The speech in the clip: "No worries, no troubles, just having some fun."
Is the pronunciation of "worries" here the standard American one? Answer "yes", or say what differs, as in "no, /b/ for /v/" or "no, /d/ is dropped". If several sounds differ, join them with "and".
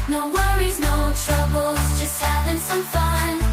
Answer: yes